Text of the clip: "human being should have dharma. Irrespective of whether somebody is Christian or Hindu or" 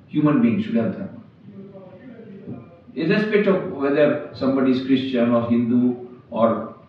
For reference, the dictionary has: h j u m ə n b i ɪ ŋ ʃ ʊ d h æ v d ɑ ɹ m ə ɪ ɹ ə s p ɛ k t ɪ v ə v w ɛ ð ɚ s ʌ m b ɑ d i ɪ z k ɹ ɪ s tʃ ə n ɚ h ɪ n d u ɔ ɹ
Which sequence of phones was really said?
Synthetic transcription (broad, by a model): h j u m ə n b i ɪ ŋ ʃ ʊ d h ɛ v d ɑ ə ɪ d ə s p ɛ t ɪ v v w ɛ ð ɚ s ʌ m b ɑ d i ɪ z k ɹ ɪ s tʃ ə n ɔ h ɪ n d u ɔ ɹ